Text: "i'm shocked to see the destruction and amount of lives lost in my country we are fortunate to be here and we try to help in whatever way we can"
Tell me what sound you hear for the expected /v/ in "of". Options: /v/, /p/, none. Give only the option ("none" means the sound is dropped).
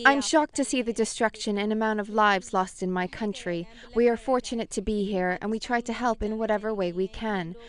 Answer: /v/